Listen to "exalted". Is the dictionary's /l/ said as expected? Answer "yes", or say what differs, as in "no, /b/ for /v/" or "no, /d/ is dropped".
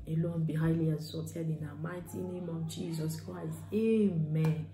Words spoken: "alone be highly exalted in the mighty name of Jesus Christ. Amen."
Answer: no, /l/ is dropped